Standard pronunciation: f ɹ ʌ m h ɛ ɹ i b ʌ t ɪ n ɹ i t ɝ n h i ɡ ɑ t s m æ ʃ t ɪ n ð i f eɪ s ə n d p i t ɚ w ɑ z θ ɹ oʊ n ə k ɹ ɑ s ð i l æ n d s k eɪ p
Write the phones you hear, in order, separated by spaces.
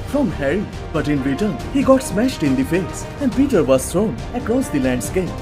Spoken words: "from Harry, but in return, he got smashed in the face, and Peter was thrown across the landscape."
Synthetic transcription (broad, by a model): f ɹ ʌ m h ɛ ɹ i b ʌ t ɪ n ɹ i t ɝ n h i ɡ ɑ t s m æ ʃ t ɪ n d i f eɪ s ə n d p i t ɚ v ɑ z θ ɹ oʊ n ə k ɹ ɑ s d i l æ n d s k eɪ p